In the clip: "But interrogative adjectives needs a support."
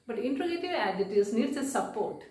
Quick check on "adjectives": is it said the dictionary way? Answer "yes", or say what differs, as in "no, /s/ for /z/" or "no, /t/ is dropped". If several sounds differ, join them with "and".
no, /k/ is dropped and /v/ is dropped